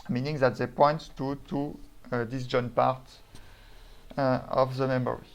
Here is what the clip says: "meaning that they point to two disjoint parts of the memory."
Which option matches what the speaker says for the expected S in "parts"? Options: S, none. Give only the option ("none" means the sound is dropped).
none